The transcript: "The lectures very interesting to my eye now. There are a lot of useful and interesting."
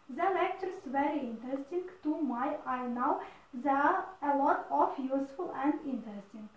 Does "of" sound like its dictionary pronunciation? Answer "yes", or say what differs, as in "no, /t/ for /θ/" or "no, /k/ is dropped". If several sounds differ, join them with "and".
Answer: no, /f/ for /v/